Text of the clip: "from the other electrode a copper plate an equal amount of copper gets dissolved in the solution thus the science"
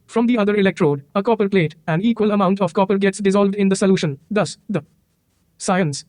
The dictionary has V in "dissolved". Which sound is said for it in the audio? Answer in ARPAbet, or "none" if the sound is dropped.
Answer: V